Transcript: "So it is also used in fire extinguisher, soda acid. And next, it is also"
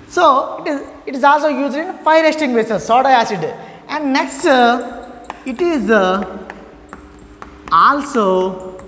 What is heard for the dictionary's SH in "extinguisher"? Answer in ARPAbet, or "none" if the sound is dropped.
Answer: S